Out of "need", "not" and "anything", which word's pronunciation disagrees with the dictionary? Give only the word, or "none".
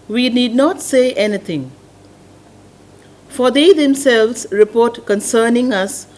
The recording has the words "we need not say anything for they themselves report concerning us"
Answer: anything